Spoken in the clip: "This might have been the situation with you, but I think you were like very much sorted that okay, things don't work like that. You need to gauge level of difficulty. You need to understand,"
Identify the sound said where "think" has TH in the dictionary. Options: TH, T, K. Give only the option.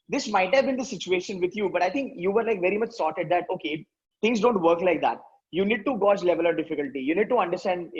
T